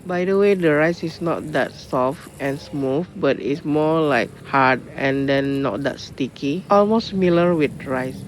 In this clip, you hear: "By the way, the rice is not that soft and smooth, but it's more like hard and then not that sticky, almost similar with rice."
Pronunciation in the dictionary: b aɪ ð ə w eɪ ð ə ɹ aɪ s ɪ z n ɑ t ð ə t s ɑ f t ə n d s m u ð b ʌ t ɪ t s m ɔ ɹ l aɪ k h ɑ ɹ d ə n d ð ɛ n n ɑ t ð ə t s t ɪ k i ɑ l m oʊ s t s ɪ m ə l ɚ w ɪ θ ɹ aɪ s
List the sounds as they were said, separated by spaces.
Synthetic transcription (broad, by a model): b aɪ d ə w eɪ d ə ɹ aɪ s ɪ s n ɑ t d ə t s ɑ f t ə n s m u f b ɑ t ɪ t s m ɔ l aɪ k h ɑ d ə n d ɛ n n ɑ t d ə t s t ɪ k i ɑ l m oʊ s s m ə l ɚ w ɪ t ɹ aɪ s